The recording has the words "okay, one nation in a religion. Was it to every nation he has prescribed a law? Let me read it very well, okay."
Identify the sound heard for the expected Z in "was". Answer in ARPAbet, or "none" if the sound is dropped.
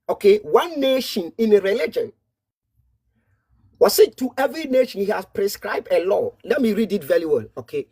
S